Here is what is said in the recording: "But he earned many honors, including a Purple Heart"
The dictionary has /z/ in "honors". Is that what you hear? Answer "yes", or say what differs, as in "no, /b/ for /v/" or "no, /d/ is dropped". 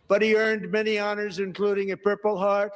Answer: yes